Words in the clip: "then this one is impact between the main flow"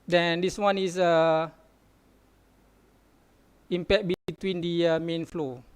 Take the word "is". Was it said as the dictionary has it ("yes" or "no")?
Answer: no